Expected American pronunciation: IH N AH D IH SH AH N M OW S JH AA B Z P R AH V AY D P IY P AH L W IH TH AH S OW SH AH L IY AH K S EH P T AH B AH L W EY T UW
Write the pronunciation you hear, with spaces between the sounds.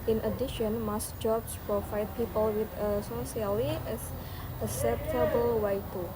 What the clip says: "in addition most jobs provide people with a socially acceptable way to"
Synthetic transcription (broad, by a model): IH N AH D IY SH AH N M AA S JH AA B S P R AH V AY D P IY P AH L W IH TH AH S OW S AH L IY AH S S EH P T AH B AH L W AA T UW